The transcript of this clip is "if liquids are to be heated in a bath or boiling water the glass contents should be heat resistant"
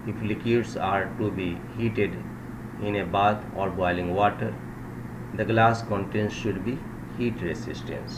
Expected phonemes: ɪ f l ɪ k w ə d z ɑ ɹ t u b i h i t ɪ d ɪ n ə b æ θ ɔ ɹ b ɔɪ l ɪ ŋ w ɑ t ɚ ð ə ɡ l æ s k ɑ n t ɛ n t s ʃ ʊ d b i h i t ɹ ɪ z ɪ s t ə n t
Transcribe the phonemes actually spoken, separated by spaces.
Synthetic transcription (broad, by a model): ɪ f l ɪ k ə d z ɑ ɹ t u b i h i t ɪ d ɪ n ə b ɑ t ɔ ɹ b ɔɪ l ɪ ŋ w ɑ t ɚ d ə ɡ l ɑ s k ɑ n t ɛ n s ʃ ʊ d b i h i t ɹ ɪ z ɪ s t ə n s